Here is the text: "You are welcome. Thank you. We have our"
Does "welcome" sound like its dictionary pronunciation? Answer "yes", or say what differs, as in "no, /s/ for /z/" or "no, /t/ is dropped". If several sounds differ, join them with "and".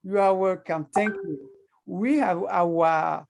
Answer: no, /l/ is dropped